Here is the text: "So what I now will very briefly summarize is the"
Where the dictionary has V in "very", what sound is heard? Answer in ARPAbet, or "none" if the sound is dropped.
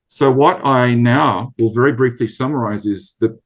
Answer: V